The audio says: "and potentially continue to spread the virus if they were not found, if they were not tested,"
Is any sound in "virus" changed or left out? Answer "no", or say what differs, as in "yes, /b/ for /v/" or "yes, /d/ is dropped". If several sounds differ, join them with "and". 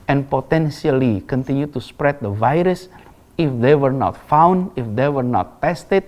no